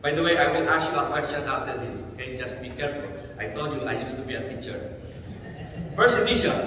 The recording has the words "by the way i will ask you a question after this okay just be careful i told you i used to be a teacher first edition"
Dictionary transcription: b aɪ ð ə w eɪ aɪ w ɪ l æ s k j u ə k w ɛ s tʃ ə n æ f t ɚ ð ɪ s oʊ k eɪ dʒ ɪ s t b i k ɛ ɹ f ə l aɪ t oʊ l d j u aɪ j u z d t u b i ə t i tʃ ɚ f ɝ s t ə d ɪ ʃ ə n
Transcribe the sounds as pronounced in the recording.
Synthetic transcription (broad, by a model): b aɪ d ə w eɪ aɪ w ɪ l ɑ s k j u ə k w ɛ s tʃ ə n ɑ f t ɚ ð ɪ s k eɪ dʒ ɪ s t b i k ɛ ɹ f ə l aɪ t oʊ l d j u aɪ j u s t u b i ə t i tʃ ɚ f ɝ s ə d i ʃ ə